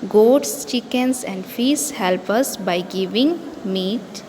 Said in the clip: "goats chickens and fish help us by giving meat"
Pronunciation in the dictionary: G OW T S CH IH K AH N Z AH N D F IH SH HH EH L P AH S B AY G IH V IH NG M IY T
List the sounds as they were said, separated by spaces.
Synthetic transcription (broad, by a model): G OW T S CH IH K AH N S AH N D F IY S HH EH L P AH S B AY G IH V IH NG M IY T